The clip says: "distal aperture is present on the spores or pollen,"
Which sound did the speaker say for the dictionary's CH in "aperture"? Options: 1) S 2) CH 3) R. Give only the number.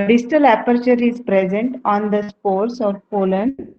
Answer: 2